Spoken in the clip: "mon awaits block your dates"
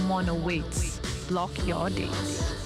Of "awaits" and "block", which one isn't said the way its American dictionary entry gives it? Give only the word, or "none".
awaits